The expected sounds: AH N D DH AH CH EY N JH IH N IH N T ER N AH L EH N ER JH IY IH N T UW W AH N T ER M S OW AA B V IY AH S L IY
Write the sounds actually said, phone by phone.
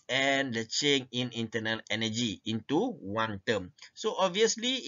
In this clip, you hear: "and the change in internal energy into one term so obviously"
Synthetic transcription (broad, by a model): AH N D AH CH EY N IH N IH N T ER N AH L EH N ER JH IY IH N T UW W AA N T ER M S OW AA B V IY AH S L IY